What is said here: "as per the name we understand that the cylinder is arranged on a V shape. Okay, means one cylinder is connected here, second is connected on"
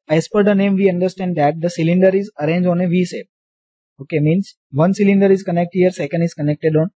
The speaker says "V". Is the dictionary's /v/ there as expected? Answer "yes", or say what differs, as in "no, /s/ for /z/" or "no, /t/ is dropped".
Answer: yes